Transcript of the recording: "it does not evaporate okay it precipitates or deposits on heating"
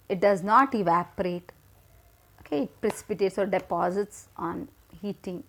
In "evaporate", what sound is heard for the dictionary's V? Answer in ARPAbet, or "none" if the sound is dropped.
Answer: V